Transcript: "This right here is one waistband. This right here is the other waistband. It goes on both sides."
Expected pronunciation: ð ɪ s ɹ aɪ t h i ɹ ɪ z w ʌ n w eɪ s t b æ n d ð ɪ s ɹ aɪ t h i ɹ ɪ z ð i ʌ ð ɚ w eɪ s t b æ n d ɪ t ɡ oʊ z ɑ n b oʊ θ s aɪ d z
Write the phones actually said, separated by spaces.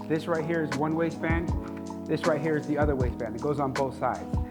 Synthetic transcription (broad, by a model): ð ɪ s ɹ aɪ t h i ɹ ɪ z w ʌ n w eɪ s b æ n ð ɪ s ɹ aɪ t h i ɹ ɪ z ð i ʌ ð ɚ w eɪ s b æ n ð ɪ t ɡ oʊ z n b oʊ θ s aɪ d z